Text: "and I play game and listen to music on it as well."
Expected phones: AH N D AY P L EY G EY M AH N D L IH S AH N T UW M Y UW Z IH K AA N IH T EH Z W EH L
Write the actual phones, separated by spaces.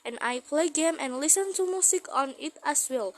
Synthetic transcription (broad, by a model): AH N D AY P L EY G EY M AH N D L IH S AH N T UW M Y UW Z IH K AA N IH T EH S W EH L